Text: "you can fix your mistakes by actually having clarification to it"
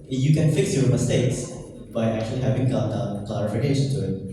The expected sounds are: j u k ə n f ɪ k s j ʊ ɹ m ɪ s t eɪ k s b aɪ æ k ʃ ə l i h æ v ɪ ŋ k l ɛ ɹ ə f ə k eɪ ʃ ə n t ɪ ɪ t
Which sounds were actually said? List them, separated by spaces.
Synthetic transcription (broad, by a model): j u k ə n f ɪ k s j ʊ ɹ m ɪ s t eɪ k s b aɪ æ k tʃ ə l i h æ v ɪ ŋ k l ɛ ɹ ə f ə k eɪ ʃ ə n t ɪ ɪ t